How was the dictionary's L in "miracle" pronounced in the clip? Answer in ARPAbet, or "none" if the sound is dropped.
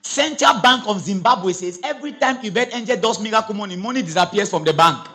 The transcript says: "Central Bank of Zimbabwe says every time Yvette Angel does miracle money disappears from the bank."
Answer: N